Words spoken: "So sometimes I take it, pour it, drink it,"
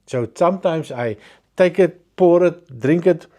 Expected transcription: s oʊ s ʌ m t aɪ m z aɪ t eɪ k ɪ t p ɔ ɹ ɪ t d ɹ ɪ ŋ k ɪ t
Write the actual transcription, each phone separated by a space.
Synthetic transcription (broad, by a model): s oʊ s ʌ m t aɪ m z aɪ t eɪ k ɪ t p ɔ ɹ ɪ t d ɹ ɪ ŋ k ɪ t